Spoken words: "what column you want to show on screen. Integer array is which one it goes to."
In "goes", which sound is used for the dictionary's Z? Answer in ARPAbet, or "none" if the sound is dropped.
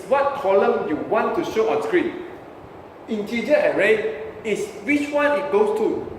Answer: S